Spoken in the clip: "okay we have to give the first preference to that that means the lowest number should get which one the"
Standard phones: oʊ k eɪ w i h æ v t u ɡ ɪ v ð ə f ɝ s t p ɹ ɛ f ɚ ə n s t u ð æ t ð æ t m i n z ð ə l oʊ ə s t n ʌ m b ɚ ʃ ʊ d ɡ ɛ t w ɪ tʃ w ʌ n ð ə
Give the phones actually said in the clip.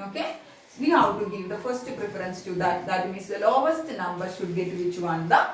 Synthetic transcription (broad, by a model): oʊ k eɪ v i h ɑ w t u ɡ ɪ v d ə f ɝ s t p ɹ ɛ f ɚ ə n s t u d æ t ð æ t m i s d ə l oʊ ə s t n ʌ m b ɚ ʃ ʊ d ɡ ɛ t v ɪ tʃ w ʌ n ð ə